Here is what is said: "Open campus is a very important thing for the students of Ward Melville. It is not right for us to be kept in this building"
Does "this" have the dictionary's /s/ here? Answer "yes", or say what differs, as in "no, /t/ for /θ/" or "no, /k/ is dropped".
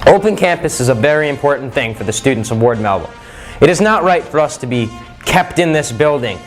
yes